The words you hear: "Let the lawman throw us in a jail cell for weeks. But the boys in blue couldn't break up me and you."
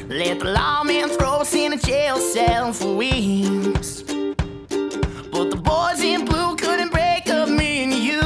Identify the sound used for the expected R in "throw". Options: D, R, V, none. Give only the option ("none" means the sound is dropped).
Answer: R